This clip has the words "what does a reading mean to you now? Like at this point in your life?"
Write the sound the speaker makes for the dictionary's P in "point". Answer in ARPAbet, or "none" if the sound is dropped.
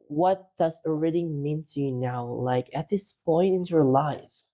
P